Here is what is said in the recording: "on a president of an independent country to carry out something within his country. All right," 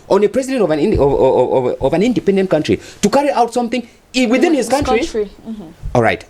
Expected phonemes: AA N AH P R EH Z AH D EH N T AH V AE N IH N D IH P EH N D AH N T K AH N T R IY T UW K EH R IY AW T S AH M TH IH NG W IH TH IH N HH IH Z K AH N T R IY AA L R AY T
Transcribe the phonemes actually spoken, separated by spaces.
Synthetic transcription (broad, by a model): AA N AH P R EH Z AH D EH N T AH V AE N IH N D IH P EH N D AH N T K AH N T R IY T UW K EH R IY AW T S AH M TH IH NG W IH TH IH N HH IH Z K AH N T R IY AA L R AY T